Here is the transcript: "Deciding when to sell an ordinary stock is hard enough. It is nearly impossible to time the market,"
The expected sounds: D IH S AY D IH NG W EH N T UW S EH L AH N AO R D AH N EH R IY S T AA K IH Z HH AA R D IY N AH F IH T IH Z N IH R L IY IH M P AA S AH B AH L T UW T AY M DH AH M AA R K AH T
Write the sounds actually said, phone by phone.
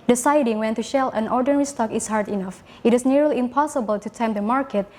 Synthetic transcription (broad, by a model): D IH S AY D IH NG W EH N T UW SH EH L AH N AO R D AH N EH R IY S T AA K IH S HH AA R D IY N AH F IH T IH S N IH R L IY IH M P AA S AH B AH L T UW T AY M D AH M AA R K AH T